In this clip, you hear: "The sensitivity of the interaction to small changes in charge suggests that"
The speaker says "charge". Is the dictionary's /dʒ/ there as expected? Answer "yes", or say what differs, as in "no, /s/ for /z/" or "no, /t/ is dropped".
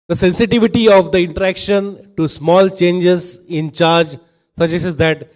yes